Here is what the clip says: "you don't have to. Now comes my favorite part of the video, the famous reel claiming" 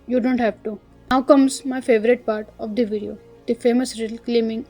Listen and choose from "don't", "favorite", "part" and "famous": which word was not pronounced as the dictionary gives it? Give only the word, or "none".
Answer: none